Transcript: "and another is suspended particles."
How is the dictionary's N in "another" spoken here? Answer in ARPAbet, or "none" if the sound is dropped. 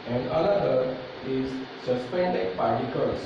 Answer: L